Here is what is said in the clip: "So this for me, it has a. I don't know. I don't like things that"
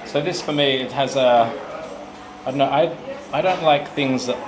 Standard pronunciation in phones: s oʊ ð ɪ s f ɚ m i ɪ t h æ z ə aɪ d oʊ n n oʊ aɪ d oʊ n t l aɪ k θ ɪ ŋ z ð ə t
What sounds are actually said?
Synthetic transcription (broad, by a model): s oʊ ð ɪ s f ɚ m i ɪ t h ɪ z ə aɪ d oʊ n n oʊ aɪ d oʊ n t l aɪ k θ ɪ ŋ z ð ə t